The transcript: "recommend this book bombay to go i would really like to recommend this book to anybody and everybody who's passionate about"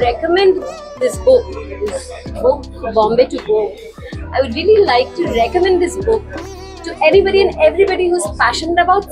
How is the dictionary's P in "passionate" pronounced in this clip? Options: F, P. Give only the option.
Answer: F